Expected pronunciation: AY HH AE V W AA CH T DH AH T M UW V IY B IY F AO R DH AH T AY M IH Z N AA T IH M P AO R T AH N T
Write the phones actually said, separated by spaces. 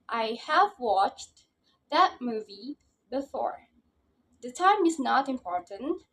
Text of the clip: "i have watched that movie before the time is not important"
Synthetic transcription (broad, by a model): AY HH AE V W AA CH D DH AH T M UW V IY B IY F AO R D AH T AY M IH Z N AA T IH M P AO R T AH N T